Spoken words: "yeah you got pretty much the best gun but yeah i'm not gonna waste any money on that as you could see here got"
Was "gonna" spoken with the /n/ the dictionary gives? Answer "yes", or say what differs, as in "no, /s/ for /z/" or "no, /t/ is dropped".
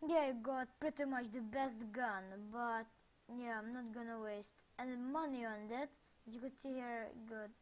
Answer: yes